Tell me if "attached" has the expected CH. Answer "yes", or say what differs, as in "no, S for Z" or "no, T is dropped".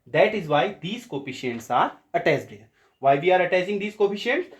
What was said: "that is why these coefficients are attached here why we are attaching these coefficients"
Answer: no, S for CH